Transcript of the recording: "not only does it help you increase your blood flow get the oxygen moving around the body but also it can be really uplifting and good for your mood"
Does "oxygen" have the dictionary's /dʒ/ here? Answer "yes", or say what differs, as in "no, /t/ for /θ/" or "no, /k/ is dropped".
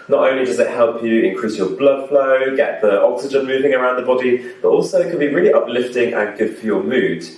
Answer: yes